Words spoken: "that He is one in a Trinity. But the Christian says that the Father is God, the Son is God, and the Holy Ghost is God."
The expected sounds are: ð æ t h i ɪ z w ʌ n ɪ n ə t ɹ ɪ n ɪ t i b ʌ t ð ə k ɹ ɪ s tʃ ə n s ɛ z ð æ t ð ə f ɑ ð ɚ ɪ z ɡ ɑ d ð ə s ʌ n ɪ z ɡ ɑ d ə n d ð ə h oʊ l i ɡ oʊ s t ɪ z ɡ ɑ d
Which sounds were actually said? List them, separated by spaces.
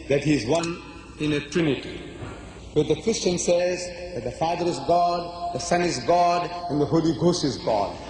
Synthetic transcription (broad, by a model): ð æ t h i ɪ z w ʌ n ɪ n ə t ɹ ɪ n ɪ t i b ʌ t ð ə k ɹ ɪ s tʃ ə n s ɛ z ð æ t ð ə f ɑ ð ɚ ɪ z ɡ ɑ d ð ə s ʌ n ɪ z ɡ ɑ d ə n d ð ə h oʊ l i ɡ oʊ s t ɪ z ɡ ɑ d